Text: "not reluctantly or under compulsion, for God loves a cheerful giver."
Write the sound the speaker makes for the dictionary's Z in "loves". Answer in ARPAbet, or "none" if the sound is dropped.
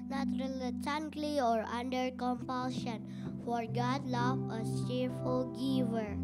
none